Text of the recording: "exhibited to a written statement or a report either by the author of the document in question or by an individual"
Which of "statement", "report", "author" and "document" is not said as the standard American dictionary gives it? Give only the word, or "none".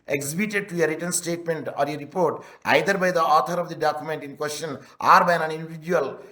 author